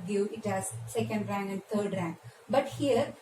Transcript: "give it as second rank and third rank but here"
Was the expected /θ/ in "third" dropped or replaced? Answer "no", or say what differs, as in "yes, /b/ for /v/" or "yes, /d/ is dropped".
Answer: yes, /t/ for /θ/